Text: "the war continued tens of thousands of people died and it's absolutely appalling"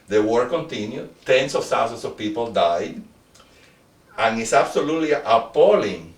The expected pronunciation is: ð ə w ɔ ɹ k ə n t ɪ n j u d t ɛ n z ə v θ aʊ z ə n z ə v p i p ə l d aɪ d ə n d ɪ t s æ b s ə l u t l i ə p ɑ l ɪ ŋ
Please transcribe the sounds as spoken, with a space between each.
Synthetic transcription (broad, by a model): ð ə w ɔ ɹ k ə n t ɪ n j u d t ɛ n s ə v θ aʊ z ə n s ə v p i p ə l d aɪ d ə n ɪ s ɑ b s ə l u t l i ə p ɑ l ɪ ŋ